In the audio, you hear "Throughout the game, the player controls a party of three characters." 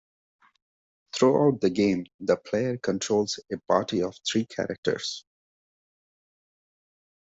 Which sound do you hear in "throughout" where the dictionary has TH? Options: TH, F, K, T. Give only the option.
T